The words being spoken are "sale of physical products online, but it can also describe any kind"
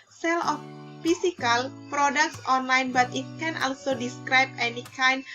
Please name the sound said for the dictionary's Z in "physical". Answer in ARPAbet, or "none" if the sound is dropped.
S